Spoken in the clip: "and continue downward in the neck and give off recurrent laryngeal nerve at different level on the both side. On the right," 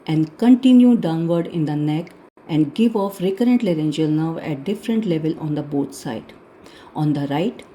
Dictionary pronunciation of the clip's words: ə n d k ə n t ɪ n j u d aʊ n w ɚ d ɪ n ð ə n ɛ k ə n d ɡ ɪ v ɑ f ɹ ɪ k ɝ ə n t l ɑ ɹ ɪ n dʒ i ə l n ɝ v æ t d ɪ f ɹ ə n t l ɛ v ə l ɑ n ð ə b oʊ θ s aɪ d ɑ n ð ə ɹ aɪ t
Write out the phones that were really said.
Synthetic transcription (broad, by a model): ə n d k ə n t ɪ n j u d aʊ n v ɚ d ɪ n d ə n ɛ k ə n d ɡ ɪ v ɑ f ɹ ɪ k ɝ ə n t l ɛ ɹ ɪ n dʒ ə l n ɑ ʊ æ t d ɪ f ɹ ə n t l ɛ v ə l ɑ n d ə b oʊ t s aɪ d ɑ n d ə ɹ aɪ t